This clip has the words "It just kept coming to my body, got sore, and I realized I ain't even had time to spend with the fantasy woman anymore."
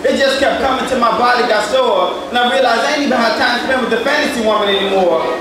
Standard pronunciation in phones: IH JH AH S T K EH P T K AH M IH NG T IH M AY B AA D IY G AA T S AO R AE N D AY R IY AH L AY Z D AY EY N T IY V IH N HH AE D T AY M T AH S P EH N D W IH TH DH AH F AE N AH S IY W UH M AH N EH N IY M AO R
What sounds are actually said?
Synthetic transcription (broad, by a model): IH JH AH S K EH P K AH M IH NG T IH M AY B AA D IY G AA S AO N AY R IY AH L AY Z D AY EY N IY B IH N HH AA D T AY M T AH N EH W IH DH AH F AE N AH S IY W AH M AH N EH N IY M AO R